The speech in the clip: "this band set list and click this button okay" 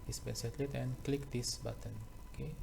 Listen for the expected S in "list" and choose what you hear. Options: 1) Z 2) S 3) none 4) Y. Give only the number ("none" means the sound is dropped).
3